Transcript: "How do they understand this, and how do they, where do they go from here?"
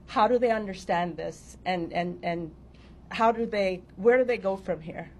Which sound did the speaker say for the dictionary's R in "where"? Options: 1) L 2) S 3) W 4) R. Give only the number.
4